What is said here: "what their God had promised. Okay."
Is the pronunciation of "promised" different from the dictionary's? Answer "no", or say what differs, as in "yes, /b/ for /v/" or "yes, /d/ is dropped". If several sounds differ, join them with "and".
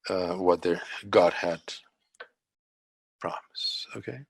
yes, /t/ is dropped